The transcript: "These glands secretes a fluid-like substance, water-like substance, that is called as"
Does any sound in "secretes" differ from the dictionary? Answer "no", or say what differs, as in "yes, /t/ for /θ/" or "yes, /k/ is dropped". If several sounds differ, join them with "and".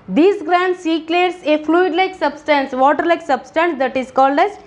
yes, /l/ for /ɹ/